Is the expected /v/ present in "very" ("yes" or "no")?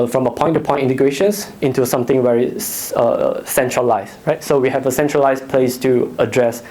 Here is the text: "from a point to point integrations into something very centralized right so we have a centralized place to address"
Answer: no